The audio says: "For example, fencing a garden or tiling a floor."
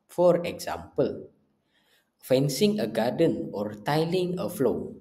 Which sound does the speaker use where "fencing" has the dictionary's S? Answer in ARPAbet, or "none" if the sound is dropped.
S